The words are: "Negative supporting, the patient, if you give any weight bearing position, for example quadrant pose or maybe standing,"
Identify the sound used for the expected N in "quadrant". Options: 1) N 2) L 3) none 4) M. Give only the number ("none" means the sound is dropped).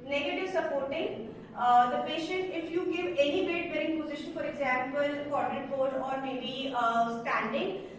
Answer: 3